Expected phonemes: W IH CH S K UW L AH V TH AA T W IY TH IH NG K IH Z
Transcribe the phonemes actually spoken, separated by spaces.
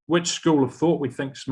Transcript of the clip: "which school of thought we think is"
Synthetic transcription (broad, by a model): W IH CH S K UW L AH V TH AA T W IY TH IH NG K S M